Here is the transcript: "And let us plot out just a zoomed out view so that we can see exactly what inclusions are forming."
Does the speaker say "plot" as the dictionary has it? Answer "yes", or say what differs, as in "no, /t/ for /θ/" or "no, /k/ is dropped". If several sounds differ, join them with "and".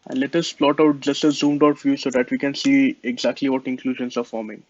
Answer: yes